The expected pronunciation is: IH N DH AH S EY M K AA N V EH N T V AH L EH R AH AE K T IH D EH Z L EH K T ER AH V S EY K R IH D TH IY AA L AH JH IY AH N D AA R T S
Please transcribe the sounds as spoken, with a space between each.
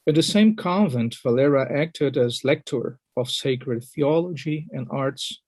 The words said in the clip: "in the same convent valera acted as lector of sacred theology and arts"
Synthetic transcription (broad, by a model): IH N DH AH S EY M K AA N V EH N T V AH L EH R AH AE K T IH D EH Z L EH K T ER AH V S EY K R IH D TH IY AA L AH JH IY AH N D AA R T S